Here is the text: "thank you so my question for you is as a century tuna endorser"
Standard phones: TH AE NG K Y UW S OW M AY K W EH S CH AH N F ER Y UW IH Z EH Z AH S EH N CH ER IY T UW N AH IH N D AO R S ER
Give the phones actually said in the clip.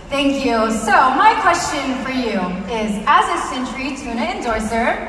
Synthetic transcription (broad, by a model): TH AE NG K Y UW S OW M AY K W EH S CH AH N F ER Y UW IH Z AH Z AH S EH N CH ER IY T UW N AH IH N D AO R S ER